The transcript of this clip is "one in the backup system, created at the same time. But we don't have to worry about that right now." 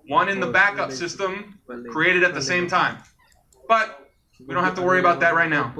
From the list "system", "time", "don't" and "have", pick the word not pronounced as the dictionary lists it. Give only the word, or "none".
have